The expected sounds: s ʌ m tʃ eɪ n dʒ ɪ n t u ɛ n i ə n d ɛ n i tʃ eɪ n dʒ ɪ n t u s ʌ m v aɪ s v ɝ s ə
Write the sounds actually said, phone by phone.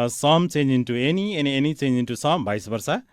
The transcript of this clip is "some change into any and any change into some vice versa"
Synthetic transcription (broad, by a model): s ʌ m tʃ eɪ n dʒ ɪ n t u ɛ n i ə n ɛ n i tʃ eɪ n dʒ ɪ n t u s ʌ m b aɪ s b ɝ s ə